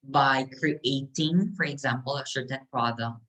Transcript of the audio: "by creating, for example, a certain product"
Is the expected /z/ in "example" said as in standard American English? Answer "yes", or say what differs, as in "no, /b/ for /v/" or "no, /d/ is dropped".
yes